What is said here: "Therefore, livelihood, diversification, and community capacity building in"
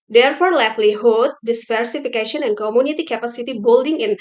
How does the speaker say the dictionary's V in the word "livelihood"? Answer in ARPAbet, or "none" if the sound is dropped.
F